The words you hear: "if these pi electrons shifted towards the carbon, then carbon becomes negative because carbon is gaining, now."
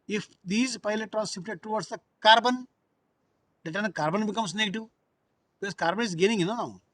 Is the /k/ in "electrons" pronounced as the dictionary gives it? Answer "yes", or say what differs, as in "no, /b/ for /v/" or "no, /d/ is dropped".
no, /k/ is dropped